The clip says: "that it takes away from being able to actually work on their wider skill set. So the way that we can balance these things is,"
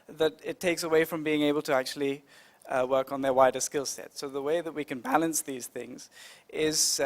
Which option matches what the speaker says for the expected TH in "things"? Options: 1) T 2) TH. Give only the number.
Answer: 2